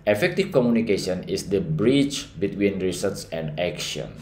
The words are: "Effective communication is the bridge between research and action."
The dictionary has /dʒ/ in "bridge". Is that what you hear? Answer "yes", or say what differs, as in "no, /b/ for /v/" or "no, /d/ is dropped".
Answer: no, /tʃ/ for /dʒ/